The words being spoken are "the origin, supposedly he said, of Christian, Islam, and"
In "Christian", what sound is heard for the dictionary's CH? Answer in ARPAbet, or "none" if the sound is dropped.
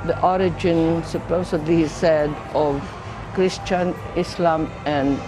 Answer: CH